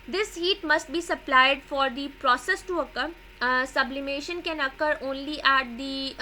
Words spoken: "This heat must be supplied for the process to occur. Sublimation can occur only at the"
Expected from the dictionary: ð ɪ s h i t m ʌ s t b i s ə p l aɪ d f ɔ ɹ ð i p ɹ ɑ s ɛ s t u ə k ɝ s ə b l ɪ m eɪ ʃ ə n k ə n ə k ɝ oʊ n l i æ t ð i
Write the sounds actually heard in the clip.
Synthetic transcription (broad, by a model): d ɪ s h i t m ʌ s t b i s ə p l aɪ d f ɔ ɹ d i p ɹ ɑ s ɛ s t u ə k ɝ s ə b l ɪ m eɪ ʃ ə n k ə n ə k ɝ oʊ n l i æ t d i